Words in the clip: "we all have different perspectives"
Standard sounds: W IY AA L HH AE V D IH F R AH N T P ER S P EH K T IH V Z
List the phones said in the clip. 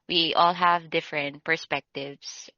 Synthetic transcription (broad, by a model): W IY AA L HH AE V D IH F R AH N T P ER S P EH K T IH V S